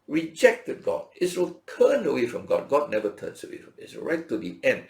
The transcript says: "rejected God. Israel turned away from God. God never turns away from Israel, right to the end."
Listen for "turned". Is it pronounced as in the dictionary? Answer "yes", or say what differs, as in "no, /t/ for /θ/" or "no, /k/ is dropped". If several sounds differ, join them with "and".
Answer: no, /d/ is dropped